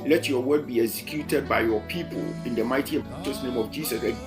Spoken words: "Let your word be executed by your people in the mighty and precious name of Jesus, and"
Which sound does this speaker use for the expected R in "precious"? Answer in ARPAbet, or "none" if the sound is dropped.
none